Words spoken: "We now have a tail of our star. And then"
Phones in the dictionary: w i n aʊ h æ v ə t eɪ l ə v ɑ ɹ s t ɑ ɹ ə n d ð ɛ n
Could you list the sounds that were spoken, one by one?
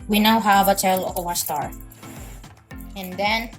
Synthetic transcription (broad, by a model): w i n aʊ h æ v ə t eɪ l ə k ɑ w s t ɑ ɹ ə n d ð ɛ n